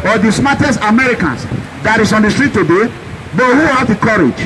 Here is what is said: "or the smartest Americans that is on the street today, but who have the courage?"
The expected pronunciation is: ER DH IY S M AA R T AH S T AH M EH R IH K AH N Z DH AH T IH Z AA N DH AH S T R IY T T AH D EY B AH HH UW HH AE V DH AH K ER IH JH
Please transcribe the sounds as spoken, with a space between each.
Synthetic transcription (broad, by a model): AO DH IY S M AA T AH S T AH M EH R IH K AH N S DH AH T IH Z AA N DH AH S T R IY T T AH D EY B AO HH UW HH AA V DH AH K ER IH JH